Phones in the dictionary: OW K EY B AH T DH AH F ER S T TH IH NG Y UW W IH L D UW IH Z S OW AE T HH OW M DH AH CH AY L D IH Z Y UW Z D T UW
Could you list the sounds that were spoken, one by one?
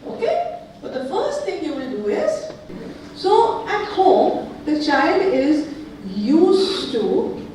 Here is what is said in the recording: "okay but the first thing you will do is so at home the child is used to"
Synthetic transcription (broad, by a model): OW K EY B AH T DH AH F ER S T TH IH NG Y UW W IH N D UW IH Z S OW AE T HH OW M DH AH CH AY L D IH Z Y UW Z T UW